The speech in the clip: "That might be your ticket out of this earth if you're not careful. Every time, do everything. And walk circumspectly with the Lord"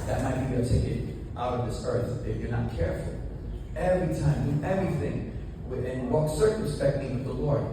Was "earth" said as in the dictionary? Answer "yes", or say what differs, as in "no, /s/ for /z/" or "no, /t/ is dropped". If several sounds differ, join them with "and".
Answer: yes